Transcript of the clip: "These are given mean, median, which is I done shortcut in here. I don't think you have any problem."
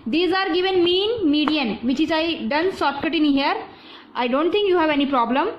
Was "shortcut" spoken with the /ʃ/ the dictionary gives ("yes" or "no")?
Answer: no